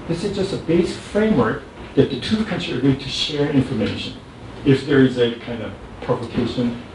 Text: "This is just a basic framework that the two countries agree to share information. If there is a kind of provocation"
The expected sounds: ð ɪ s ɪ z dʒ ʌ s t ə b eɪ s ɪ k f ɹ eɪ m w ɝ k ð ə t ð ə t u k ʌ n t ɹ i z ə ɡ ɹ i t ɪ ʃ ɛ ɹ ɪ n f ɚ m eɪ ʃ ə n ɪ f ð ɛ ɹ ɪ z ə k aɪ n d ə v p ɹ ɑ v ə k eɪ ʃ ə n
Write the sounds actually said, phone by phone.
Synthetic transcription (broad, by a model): ð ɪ s ɪ z dʒ ʌ s t ə b eɪ s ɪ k f ɹ eɪ m w ɝ k ð ə t ð ə t u k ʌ n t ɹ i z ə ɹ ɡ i t ɪ ʃ ɛ ɹ ɪ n f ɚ m eɪ ʃ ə n ɪ f ð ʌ ɹ ɪ z ə k aɪ n d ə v p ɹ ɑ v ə k eɪ ʃ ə n